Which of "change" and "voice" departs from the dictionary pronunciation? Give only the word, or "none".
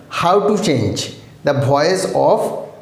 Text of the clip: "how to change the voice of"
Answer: voice